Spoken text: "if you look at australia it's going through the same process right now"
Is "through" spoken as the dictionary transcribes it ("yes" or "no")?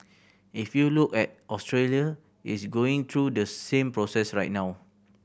no